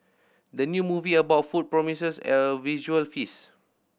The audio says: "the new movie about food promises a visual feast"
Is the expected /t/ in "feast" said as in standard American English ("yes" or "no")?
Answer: no